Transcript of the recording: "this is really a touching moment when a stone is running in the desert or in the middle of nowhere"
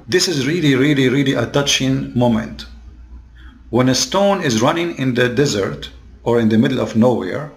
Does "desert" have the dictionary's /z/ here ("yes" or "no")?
yes